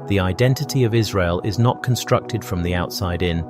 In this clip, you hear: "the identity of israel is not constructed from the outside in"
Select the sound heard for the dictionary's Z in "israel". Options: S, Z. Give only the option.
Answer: Z